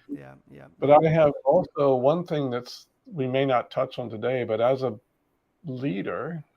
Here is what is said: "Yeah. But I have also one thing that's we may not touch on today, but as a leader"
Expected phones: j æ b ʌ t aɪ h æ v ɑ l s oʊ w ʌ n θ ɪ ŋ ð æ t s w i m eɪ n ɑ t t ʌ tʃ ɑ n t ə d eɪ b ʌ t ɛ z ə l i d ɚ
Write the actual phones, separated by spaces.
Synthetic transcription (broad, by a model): b ʌ t aɪ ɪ v ɑ l s oʊ w ʌ n θ ɪ ŋ ð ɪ t s w i m eɪ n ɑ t t ʌ tʃ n t ə d eɪ b ʌ t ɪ z ə l i d ɚ